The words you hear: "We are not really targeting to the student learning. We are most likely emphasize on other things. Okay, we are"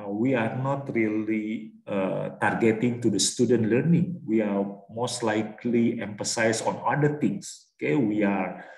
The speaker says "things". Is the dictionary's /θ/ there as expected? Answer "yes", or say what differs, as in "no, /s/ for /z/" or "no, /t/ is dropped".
no, /t/ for /θ/